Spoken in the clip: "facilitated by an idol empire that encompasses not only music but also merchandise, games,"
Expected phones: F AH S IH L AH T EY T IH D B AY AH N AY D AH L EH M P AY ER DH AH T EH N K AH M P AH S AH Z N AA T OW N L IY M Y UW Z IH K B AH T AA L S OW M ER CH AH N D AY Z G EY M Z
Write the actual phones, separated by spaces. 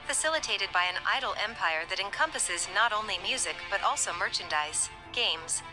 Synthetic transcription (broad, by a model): F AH S IH L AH T EY T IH D B AY AH N AY D L EH M P AY ER DH AH T EH N K AH M P AH S AH Z N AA T OW N L IY M Y UW Z IH K B AH T AA L S OW M ER CH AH N D AY S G EY M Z